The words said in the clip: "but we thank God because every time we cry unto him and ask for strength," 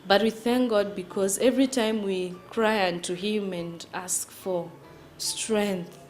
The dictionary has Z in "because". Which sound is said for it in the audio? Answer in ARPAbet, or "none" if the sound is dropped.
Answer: Z